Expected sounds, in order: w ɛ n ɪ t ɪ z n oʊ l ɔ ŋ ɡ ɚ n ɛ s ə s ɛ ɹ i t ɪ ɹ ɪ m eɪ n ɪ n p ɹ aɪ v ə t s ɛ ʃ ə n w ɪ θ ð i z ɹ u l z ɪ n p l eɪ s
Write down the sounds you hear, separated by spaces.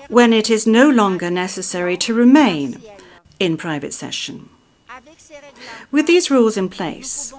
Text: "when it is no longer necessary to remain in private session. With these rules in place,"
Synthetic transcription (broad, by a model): w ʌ n ɪ t ɪ z n oʊ l ɔ ŋ ɡ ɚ n ɛ s ə s ɛ ɹ i t ɪ ɹ ɪ m eɪ n ɪ n p ɹ aɪ v ə t s ɛ ʃ ə n w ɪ ð i z ɹ u l z ɪ n p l eɪ s